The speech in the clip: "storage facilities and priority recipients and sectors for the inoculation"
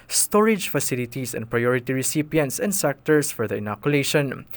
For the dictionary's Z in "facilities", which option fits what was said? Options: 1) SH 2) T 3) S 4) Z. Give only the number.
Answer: 3